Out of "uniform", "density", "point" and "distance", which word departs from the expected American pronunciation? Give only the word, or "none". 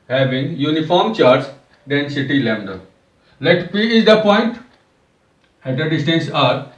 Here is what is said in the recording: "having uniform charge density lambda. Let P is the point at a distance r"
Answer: none